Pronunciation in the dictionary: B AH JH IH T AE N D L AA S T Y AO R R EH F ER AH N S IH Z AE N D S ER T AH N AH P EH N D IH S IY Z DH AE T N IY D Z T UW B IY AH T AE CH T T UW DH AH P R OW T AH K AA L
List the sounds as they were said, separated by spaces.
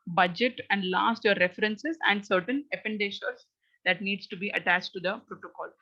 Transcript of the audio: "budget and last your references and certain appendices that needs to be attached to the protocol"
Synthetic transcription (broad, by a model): B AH JH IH T AE N D L AA S T Y AO R R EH F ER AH N S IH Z AE N D S ER T AH N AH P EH N D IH SH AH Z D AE T N IY D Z T UW B IY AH T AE CH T T UW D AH P R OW T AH K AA L